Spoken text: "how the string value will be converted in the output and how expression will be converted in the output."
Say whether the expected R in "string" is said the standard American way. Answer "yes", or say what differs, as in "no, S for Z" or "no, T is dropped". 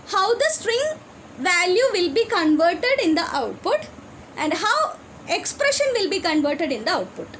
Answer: yes